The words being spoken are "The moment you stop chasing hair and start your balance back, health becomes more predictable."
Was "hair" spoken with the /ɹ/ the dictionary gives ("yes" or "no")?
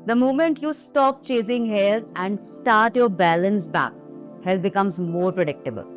no